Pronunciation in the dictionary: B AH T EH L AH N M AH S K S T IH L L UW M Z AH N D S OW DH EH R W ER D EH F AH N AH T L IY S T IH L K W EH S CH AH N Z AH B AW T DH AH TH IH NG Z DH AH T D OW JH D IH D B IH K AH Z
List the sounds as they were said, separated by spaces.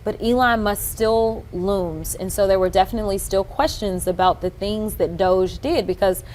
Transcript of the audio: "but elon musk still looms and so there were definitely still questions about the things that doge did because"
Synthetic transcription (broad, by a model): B AH T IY L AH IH M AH S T S T IH L L UW M Z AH N S OW DH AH R W ER D EH F AH N AH T L IY S T IH L K W EH S CH AH N Z AH B AW T DH AH TH IH NG Z DH AH T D OW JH D IH D B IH K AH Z